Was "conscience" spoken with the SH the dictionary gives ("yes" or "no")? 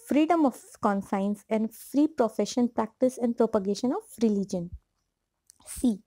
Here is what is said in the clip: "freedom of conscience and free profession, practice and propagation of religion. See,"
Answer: no